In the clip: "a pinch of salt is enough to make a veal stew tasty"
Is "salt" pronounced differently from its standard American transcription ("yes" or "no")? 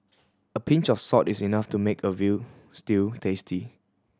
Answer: yes